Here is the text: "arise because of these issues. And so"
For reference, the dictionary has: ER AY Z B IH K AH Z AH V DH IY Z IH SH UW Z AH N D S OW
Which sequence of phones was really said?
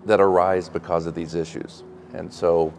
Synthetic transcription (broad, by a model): ER AY Z B IH K AH Z AH V DH IY Z IH SH UW Z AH N S OW